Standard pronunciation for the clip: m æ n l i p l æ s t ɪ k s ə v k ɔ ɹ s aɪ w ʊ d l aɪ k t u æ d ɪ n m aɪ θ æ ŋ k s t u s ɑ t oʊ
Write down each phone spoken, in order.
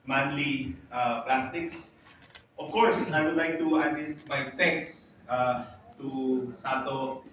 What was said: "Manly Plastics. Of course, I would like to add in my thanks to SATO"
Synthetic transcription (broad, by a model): m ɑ n l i p l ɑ s t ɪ k s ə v k ɔ ɹ s aɪ w ʊ d l aɪ k t u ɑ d ɪ n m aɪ f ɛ k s t u s ɑ t oʊ